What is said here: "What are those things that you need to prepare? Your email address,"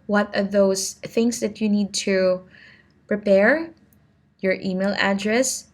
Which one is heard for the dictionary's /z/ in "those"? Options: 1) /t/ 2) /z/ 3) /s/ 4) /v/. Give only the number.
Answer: 3